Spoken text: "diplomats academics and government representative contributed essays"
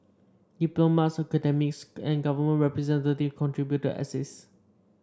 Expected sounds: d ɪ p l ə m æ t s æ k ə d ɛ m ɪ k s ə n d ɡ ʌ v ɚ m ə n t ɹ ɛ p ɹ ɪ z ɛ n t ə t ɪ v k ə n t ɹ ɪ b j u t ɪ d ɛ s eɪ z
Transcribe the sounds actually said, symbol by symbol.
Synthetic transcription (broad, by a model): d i p l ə m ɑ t s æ k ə d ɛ m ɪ k s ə n ɡ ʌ v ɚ m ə n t ɹ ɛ p ɹ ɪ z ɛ n t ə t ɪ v k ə n t ɹ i b j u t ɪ ɛ s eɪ s